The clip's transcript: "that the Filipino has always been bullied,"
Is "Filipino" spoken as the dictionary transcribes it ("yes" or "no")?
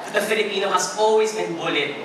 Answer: yes